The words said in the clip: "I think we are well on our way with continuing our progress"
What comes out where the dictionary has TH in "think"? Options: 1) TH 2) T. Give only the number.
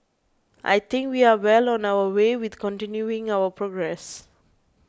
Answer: 2